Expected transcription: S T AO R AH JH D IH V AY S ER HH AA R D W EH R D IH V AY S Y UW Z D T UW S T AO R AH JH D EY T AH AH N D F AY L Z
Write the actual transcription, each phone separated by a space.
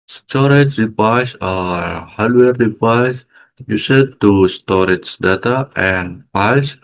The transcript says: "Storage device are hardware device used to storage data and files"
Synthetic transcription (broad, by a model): S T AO R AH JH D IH P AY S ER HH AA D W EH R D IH P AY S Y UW S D T UW S T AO R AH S D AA T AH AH N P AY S